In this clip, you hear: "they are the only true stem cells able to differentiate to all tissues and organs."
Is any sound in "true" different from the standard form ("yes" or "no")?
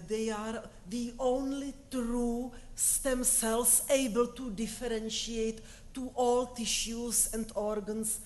no